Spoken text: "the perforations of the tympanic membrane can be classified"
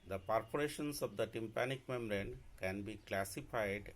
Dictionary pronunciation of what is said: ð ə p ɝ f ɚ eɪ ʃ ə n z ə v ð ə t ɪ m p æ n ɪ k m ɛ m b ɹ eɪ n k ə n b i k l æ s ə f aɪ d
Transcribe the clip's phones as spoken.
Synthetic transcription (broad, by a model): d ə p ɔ p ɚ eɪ ʃ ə n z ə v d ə t ɪ m p æ n ɪ k m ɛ m ɹ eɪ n k ə n b i k l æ s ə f aɪ d